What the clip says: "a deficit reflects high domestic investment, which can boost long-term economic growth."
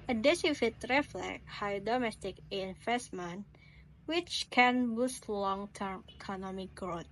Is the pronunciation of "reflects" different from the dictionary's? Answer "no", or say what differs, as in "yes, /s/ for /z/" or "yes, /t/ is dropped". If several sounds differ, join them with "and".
yes, /s/ is dropped